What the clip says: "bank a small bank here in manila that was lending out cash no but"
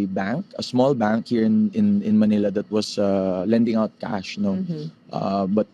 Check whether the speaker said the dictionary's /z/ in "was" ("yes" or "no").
no